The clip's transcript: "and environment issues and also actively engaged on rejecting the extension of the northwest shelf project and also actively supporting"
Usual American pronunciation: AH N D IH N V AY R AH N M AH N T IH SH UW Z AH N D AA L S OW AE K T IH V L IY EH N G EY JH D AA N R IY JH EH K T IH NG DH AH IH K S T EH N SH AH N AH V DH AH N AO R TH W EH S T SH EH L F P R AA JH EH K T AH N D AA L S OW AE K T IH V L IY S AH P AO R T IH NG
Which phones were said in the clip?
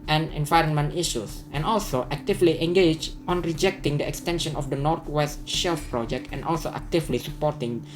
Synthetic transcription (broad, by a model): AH N IH N V AY R AH N M AH N T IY SH UW S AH N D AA L S OW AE K T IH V L IY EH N G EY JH AA N R IY JH EH K T IH NG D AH IH K S T EH N SH AH N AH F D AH N AO R T W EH S T SH EH L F P R AA JH EH K T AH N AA L S OW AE K T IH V L IY S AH P AO R T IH NG